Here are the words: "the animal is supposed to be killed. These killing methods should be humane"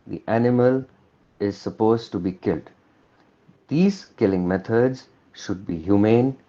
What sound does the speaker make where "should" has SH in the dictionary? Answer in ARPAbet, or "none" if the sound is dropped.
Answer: SH